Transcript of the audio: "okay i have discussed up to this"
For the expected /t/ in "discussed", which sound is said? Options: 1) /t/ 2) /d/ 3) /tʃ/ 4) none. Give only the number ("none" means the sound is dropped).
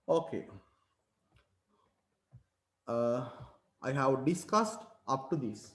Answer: 1